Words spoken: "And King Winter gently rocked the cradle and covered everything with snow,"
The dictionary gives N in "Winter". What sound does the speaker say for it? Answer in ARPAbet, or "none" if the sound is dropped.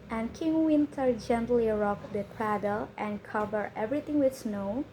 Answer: N